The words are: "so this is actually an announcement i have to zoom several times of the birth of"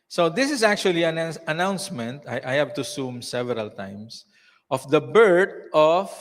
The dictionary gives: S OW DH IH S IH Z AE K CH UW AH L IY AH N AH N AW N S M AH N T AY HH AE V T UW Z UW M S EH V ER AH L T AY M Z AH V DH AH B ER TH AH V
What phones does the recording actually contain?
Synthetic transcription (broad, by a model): S OW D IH S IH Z AE K CH UW AH L IY AH N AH N AW N S M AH N T AY HH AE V T UW S UW M S EH V ER AH L T AY M S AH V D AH B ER T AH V